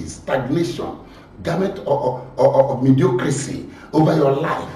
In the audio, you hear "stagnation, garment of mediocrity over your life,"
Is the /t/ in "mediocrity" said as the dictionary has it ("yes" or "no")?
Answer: no